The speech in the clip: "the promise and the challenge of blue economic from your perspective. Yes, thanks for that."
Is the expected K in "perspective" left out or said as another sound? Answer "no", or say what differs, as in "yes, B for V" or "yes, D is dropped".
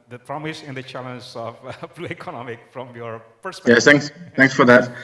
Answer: yes, K is dropped